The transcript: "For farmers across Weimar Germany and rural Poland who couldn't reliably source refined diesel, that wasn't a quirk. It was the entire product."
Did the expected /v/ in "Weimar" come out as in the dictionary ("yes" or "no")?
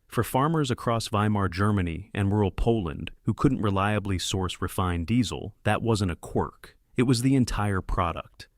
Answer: yes